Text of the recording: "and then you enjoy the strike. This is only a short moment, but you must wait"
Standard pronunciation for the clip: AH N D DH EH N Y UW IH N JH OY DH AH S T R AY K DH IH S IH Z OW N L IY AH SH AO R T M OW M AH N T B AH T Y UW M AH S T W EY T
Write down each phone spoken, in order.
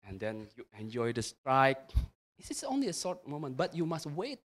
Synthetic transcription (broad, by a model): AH N D EH N Y UW IH N JH OY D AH S T R AY K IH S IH S OW N L IY AH S AO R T M OW M AH N T B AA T Y UW M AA S T W EY T